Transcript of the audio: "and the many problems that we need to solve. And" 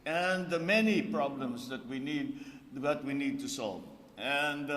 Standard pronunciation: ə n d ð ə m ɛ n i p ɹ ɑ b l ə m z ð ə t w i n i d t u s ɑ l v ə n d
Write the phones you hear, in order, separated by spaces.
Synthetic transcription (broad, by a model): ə n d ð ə m ɛ n i p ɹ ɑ b l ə m s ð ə t w i n i d t u s ɑ l v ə n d